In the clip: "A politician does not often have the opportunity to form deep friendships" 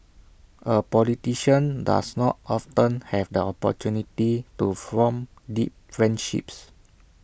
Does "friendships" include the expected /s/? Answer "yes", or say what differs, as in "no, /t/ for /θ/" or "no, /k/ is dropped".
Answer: yes